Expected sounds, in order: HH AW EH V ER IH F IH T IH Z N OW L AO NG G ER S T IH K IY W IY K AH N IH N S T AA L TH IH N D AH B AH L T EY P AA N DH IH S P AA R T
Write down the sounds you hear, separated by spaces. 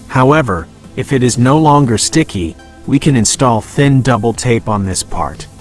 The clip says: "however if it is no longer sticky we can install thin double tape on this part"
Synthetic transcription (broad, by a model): HH AW EH V ER IH F IH T IH Z N OW L AO NG G ER S T IH K IY W IY K AH N IH N S T AA L TH IH N D AH B L T EY P N DH IH S P AA R T